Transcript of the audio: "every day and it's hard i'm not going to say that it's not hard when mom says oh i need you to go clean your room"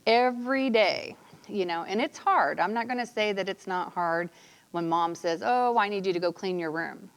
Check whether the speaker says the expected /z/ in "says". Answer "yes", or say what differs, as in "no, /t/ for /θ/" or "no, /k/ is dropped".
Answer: yes